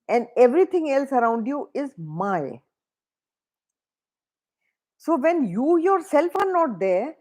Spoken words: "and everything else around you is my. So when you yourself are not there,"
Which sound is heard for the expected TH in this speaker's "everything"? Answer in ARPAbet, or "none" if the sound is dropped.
T